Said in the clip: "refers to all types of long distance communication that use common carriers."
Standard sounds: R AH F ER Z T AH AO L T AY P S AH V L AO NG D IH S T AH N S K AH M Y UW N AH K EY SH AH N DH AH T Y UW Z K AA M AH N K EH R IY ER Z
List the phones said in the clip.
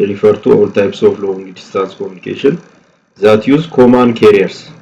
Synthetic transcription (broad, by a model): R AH F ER T AH AO L T AY P S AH F L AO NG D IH S T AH N S K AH M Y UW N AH K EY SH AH N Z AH T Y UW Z K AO M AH N K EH R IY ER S